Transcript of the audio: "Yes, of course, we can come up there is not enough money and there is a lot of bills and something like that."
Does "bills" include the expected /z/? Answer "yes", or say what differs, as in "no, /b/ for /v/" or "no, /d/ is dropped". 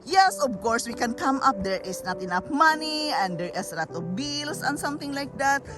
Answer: no, /s/ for /z/